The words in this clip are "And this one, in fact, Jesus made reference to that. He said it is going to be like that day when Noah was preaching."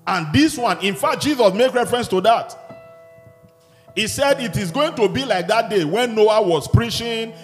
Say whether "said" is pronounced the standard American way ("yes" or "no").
yes